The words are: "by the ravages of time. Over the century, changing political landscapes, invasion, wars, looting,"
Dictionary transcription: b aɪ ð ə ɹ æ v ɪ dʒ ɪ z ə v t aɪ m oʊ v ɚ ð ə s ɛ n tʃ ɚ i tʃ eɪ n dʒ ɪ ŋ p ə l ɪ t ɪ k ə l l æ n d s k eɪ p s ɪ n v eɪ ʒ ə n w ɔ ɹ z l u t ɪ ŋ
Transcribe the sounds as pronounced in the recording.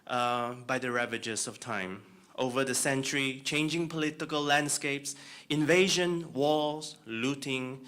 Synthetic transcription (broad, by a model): b aɪ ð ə ɹ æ v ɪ dʒ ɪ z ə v t aɪ m oʊ v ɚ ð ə s ɛ n tʃ ɚ i tʃ eɪ n dʒ ɪ ŋ p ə l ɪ t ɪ k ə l l æ n d s k eɪ p s ɪ n v eɪ ʒ ə n w ɔ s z l u t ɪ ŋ